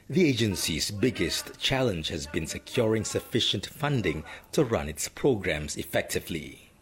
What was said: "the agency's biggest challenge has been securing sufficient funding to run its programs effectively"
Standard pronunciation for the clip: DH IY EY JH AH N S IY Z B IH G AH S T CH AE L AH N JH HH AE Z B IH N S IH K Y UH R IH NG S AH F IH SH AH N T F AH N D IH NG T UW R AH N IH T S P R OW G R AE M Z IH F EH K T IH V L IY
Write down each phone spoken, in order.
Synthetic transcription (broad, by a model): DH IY EY JH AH N S IY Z B IH G AH S T CH AE L AH N JH HH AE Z B IH N S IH K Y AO R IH NG S AH F IH SH AH N T F AH N D IH NG T UW R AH N IH T S P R OW G R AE M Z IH F EH K T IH V L IY